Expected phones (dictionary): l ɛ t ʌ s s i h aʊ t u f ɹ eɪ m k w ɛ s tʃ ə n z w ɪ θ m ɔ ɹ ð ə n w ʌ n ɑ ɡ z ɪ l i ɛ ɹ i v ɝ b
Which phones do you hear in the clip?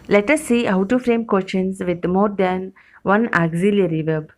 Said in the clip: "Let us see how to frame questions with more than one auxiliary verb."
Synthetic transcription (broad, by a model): l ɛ t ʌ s s i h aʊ t u f ɹ eɪ m k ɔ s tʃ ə n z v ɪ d m ɔ ɹ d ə n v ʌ n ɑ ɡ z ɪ l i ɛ ɹ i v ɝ b